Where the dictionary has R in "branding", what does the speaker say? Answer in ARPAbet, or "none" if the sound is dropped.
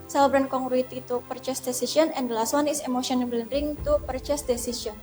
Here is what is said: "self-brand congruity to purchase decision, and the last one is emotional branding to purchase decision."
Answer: L